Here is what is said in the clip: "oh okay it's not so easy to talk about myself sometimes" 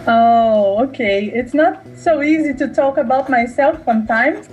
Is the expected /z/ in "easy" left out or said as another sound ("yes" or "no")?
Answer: no